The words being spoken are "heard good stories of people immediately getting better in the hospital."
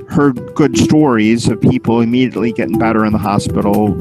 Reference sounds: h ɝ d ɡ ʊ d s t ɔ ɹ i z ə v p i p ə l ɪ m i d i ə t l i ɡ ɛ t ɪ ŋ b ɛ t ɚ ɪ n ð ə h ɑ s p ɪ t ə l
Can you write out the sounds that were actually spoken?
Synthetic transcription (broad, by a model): h ɝ ɡ ʊ d s t ɔ ɹ i z ə v p i p l ɪ m i d i ə t l i ɡ ɛ t ɪ ŋ b ɛ t ɚ ɪ n ð ə h ɑ s p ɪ t l